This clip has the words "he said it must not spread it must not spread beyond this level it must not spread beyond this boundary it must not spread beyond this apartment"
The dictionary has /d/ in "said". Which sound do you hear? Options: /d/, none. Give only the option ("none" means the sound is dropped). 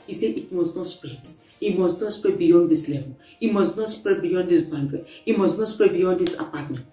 none